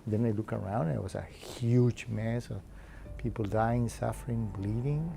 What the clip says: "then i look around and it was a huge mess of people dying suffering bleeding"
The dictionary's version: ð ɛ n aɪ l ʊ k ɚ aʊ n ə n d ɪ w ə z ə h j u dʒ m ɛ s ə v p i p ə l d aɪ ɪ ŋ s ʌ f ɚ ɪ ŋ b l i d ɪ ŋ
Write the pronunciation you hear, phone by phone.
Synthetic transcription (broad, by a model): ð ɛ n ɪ l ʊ k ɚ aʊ ə n d ɪ w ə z ə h j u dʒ m ɛ s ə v p i p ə l d aɪ ɪ ŋ s ʌ f ɚ ɪ ŋ b l i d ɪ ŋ